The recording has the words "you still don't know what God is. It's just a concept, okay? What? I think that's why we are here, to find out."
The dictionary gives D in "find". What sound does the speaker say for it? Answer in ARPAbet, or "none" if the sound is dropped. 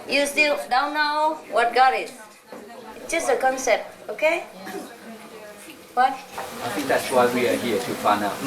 none